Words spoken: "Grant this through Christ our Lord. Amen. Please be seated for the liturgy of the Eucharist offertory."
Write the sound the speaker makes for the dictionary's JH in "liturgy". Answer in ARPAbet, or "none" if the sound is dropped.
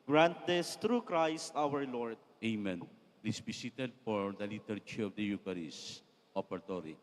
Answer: CH